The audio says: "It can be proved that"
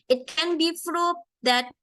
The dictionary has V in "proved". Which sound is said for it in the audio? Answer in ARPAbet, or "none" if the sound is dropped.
none